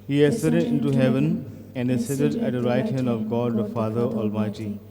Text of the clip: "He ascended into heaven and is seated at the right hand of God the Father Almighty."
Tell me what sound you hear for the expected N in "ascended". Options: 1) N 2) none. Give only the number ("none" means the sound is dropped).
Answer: 2